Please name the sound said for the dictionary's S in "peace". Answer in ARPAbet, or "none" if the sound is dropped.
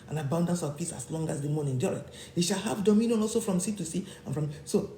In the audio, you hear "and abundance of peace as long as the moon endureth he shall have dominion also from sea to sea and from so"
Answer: S